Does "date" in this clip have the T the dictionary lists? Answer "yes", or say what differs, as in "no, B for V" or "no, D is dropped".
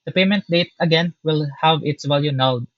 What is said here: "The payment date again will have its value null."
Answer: yes